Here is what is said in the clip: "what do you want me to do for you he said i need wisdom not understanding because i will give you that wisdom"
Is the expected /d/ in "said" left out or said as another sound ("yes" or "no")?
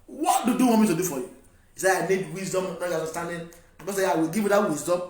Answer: yes